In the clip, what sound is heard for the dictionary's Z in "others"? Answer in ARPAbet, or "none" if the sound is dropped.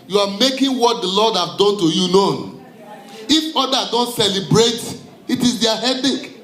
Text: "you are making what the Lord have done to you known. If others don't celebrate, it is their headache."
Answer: none